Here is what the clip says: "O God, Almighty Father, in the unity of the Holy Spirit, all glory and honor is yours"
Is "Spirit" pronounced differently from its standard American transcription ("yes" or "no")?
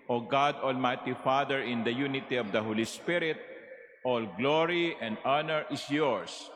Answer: no